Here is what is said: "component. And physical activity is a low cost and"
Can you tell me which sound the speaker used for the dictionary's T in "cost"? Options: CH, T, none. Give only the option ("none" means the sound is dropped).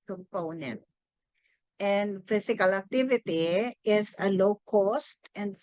T